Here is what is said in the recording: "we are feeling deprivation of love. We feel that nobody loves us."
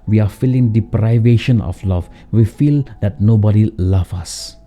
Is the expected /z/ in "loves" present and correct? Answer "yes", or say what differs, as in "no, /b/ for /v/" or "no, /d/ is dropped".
no, /z/ is dropped